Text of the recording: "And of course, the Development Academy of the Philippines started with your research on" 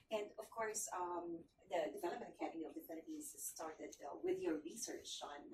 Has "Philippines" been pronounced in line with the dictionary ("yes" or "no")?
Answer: no